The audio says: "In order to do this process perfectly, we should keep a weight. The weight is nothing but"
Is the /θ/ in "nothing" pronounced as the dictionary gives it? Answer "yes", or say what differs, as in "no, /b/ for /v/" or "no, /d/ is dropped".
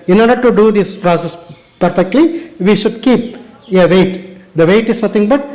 no, /t/ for /θ/